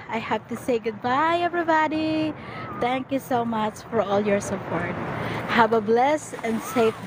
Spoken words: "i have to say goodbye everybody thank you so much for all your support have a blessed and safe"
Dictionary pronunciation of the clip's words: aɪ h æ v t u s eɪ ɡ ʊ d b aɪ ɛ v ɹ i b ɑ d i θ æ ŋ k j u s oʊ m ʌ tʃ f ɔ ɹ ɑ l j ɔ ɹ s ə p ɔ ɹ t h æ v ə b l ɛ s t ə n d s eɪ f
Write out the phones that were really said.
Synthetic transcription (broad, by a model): aɪ h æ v t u s eɪ ɡ ʊ d b aɪ ɛ v ɹ i b ɑ d i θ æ ŋ k j u s oʊ m ʌ tʃ f ɔ ɹ ɑ l j ɔ ɹ s ə p ɔ ɹ t h æ v ə b l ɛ s ə n d s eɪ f